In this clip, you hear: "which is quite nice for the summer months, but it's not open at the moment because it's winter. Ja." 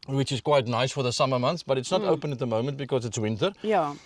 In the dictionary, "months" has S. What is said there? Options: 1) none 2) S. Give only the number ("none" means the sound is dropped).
1